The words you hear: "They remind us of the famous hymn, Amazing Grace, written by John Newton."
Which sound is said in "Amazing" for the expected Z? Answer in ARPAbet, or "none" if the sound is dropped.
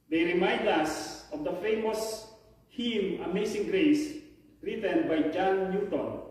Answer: S